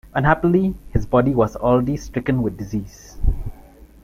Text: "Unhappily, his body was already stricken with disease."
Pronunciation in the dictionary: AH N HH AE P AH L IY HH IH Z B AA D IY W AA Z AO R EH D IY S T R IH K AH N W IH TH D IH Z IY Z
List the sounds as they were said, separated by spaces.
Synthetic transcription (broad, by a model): AH N HH AE P AH L IY HH IH Z B AA D IY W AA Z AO L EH D IY S T R IH K AH N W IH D D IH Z IY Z